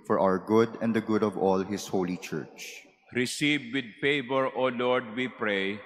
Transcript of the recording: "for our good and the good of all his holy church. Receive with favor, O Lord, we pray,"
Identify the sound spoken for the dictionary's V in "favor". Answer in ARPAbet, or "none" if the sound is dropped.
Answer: P